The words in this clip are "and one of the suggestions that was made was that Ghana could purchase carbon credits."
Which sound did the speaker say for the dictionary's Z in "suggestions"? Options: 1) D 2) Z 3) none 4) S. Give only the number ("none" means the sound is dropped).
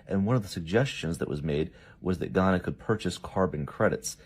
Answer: 2